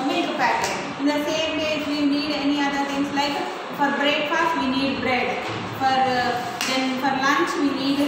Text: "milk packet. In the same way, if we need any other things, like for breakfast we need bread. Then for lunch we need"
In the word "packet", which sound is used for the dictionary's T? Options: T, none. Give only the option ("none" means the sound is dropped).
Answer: none